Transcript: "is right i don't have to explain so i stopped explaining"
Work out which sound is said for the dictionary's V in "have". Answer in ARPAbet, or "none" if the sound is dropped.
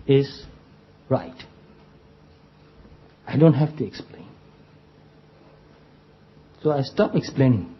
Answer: F